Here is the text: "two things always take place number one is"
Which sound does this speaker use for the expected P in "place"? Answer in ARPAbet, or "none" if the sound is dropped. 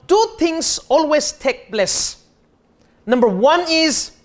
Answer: B